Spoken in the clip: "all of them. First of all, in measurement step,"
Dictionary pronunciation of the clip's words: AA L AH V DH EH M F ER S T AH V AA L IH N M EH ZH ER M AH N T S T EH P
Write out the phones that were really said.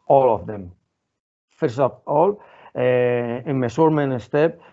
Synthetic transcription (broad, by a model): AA L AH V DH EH M F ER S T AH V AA L IH N M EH S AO M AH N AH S T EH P